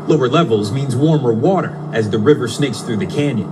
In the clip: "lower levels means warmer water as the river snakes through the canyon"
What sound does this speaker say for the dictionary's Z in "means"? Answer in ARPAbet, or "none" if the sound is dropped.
Z